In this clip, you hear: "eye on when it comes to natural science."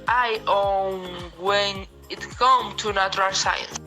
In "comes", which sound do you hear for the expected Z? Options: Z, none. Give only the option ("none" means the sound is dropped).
none